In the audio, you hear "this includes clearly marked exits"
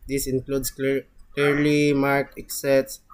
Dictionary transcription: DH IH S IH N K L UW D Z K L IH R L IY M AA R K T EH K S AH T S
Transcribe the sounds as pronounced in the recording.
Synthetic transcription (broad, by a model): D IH S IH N K L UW D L K L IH R L IY M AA R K EH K S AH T S